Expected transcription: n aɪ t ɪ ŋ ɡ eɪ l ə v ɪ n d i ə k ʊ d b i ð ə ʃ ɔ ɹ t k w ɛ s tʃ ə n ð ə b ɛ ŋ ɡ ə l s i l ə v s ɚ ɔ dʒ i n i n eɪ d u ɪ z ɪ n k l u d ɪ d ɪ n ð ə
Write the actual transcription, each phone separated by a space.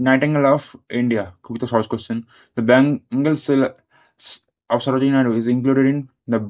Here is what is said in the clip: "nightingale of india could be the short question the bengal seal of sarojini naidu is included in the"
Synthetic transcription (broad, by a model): n aɪ t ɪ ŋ ɡ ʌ l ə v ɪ n d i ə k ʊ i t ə s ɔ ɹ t k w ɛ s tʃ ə n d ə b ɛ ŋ ɡ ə l s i l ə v s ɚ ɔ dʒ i n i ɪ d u ɪ z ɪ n k l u d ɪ d ɪ n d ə